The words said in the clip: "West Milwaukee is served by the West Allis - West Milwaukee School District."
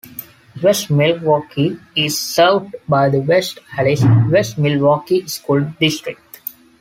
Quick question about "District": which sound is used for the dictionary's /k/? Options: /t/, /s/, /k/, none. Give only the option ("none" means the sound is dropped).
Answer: /k/